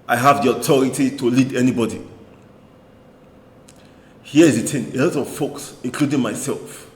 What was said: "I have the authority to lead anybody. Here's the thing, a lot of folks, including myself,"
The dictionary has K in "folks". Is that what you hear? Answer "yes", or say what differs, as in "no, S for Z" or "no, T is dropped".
yes